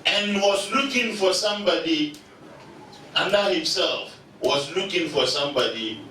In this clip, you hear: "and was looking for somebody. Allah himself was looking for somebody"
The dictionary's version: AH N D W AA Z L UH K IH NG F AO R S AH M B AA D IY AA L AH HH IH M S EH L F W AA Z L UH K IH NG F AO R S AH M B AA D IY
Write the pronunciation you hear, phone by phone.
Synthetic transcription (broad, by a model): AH N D W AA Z L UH K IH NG F AO R S AH M B AA D IY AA N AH HH IH M S EH L F W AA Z L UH K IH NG F AO R S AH M B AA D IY